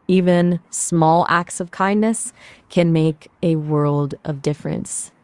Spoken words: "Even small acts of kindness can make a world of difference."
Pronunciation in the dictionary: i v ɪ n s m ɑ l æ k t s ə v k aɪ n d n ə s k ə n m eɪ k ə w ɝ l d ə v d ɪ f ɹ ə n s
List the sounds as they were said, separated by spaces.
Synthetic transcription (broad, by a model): i v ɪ n s m ɑ l æ k t s ə v k aɪ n n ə s k ə n m eɪ k ə w ɝ l d ə v d ɪ f ɹ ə n s